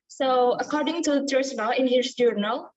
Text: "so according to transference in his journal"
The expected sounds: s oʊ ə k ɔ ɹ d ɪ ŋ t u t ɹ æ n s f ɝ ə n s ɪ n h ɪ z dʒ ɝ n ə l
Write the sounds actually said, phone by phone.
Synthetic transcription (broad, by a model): s oʊ ə k ɔ ɹ d ɪ ŋ t u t æ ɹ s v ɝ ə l ɪ n h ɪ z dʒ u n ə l